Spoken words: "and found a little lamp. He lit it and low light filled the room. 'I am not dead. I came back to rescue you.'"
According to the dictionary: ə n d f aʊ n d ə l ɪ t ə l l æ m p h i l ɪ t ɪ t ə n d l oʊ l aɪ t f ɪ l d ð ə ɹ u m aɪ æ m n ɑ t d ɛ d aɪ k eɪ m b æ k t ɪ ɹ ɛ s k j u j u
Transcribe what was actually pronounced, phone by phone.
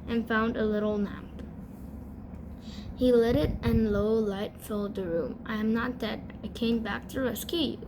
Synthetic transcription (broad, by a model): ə n f aʊ n d ə l ɪ t l n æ m p h i l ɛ t ɪ t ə n l oʊ l aɪ t f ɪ l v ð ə ɹ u m aɪ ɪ m n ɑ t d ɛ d aɪ k eɪ m b æ k t ɪ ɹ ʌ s k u